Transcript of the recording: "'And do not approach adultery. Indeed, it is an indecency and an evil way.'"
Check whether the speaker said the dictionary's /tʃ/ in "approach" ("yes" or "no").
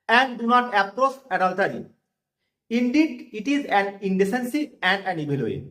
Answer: no